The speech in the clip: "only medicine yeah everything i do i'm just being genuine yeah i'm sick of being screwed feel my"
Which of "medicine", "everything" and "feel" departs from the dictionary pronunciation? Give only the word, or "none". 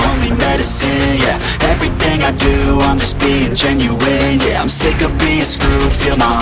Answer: none